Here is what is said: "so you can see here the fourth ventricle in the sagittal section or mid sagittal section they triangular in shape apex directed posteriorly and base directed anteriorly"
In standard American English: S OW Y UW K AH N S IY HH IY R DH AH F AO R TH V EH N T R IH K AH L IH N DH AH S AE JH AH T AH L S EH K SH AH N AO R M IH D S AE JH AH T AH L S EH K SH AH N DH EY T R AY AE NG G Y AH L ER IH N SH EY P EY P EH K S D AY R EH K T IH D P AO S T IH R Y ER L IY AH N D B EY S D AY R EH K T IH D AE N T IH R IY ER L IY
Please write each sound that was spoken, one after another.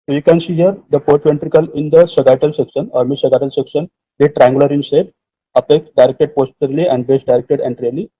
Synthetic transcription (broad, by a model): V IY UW K AH N S IY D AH R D AH P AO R T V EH N T R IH K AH L IH N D AH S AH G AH T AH L S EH K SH AH N AO R M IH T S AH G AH T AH L S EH K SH AH N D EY T R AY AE NG G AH L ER IH N S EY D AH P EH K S D AY R EH K T IH D P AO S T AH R L IY AH N D B EY S D AY R EH K T IH D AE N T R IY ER L IY